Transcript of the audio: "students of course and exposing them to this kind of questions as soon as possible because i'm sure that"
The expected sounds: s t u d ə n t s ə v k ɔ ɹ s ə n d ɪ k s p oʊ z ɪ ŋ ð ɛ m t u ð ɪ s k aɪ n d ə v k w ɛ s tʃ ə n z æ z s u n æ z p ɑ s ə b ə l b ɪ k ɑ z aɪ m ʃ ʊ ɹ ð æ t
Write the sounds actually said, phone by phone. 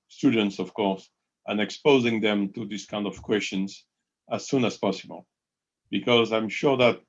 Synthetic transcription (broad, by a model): s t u d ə n t s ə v k ɔ ɹ s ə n ɪ k s p oʊ z ɪ ŋ ð ɛ m t u ð ɪ s k aɪ n d ə v k w ɛ s tʃ ə n z æ z s u n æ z p ɑ s ə b ə l b ɪ k ɑ z aɪ m ʃ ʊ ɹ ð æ t